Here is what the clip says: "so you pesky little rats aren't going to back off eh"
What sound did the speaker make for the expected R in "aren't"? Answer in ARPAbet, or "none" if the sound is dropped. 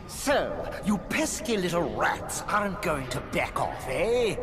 none